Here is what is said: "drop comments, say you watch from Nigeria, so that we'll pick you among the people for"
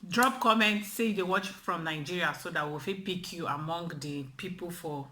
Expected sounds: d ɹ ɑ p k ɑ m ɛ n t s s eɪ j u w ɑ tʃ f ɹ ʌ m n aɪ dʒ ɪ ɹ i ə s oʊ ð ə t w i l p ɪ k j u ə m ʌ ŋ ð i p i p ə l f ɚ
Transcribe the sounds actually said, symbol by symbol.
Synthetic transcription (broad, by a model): d ɹ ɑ p k ɑ m ɛ n t s s eɪ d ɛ w ɑ tʃ f ɹ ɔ m n aɪ dʒ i ɹ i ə s oʊ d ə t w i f p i k j u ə m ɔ ŋ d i p i p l f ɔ